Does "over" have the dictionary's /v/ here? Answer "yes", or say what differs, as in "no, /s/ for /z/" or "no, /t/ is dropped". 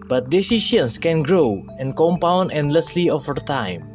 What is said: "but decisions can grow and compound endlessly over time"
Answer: no, /f/ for /v/